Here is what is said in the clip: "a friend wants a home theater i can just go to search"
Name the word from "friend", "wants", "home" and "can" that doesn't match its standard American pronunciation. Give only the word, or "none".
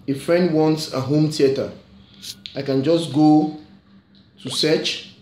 none